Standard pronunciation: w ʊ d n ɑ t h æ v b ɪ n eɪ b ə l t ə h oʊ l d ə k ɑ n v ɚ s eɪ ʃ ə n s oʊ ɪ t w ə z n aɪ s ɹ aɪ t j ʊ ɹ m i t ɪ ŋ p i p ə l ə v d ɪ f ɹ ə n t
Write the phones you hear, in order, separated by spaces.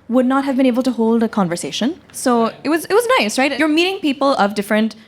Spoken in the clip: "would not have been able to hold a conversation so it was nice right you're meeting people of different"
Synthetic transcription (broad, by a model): w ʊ d n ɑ t h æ v b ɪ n eɪ b ə l t ə h oʊ l d ə k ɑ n v ɚ s eɪ ʃ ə n s oʊ ɪ t w ə z n aɪ s ɹ aɪ t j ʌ ɹ m i t ɪ ŋ p i p ə l ə v d ɪ f ɹ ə n t